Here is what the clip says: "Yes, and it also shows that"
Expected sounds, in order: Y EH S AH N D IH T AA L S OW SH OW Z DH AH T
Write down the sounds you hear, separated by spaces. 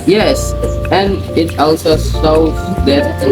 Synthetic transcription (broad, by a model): Y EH S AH N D IH T AA L S OW S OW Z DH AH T